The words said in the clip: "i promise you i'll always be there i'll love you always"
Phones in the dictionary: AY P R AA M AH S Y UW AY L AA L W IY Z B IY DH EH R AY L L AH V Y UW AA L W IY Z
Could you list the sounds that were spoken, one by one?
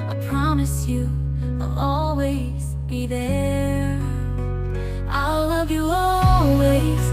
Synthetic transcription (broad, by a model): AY P R AA M AH S Y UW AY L AA L W IY Z B IY DH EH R AY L L AH V Y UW AA L W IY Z